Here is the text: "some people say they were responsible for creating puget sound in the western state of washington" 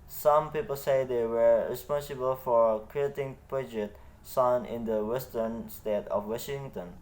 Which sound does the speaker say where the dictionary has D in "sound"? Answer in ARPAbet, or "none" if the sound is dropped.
none